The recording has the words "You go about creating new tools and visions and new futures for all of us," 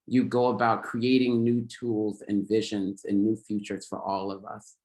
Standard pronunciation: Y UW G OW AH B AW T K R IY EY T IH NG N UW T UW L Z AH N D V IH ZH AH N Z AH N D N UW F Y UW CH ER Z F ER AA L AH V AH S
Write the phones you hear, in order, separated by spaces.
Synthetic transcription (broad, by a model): Y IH G OW AH B AW T K R IY EY T IH NG N UW T UW L Z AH N V IH ZH AH N Z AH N N UW F Y UW CH ER Z F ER AA L AH V AH S